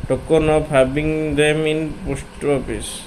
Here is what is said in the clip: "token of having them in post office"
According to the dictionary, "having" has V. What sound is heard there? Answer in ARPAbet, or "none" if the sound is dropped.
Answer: B